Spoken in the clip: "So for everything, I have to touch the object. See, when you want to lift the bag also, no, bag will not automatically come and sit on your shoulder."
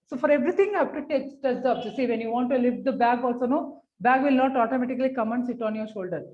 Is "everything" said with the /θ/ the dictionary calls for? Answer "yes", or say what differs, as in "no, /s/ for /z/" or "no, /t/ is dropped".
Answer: no, /t/ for /θ/